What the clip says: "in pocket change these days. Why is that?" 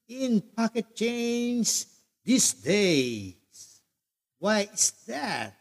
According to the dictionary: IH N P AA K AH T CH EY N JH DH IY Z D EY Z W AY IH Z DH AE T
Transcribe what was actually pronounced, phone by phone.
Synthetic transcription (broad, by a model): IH N P AA K AH T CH EY N Z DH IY S D EY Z W AY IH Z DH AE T